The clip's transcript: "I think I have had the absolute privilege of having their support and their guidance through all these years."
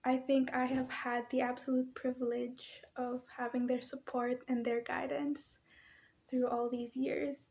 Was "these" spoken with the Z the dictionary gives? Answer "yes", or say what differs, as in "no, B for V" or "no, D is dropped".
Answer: yes